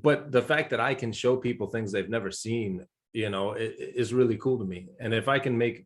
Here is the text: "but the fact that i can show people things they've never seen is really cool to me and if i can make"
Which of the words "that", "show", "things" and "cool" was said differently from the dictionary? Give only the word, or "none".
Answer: none